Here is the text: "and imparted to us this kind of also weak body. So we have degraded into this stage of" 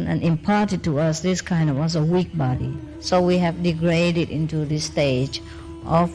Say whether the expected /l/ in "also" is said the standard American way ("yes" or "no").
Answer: no